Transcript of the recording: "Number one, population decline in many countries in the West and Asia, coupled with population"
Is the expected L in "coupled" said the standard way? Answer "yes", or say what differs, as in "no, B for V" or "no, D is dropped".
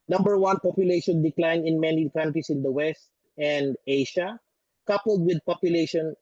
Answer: yes